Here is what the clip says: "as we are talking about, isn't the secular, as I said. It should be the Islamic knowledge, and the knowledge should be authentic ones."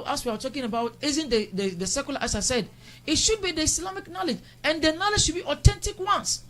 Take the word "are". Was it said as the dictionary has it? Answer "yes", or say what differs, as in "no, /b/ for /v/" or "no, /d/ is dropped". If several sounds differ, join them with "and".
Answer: no, /w/ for /ɹ/